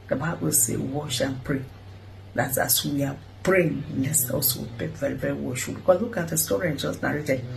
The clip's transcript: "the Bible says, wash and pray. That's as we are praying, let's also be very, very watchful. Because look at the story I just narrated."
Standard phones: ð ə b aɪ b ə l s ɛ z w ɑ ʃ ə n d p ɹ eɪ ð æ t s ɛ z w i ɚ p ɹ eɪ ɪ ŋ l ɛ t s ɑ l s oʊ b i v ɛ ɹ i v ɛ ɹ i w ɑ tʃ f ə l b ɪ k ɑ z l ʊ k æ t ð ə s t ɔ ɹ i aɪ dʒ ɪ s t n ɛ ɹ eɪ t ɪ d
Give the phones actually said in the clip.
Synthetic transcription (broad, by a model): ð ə b aɪ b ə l s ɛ w ɑ ʃ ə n p ɹ eɪ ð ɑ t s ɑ s w i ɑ p ɹ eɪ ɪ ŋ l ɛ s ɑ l s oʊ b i v ɛ ɹ i v ɛ ɹ i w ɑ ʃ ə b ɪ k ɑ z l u k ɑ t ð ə s t ɔ ɹ i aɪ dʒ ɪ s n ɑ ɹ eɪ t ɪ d